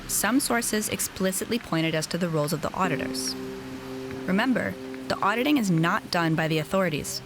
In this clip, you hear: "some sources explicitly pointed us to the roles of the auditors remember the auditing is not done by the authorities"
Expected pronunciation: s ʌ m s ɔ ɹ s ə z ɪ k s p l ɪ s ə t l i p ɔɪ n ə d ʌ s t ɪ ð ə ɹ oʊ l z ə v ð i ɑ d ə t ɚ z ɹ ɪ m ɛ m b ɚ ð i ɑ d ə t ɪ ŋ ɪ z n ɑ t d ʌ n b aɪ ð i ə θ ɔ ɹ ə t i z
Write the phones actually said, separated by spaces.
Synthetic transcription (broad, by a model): s ʌ m s ɔ ɹ s ə z ɪ k s p l ɪ s ə t l i p ɔɪ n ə d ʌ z t ɪ ð ə ɹ oʊ l z ə v ð i ɑ d ə t ɚ z ɹ ɪ m ɛ m b ɚ ð i ɑ d ə t ɪ ŋ ɪ z n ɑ t d ʌ n b aɪ ð i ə θ ɔ ɹ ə t i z